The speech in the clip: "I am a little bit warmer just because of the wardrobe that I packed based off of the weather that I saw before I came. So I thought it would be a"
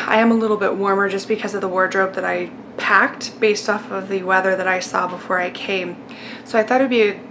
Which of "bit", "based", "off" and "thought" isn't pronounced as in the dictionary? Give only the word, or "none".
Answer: none